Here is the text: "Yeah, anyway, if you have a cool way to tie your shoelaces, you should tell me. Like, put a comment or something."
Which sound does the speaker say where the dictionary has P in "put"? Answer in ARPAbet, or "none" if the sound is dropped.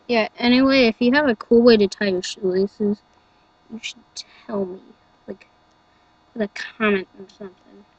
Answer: F